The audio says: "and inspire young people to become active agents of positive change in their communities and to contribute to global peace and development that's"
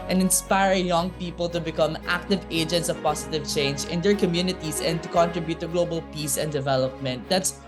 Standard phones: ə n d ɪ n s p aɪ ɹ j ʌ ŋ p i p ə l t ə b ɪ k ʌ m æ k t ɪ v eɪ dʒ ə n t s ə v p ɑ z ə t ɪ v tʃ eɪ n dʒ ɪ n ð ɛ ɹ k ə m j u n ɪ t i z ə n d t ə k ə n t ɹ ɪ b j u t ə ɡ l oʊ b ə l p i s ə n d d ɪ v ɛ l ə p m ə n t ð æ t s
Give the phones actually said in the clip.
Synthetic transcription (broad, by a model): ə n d ɪ n s p aɪ ɹ j ʌ ŋ p i p ə l t ə b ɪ k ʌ m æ k t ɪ v eɪ dʒ ə n t s ə v p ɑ s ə t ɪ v tʃ eɪ n dʒ ɪ n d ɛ ɹ k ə m j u n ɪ t i s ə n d t ə k ə n t ɹ ɪ b j u t ə ɡ l oʊ b ə l p i s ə n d d ɪ v ɛ l ə p m ə n t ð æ t s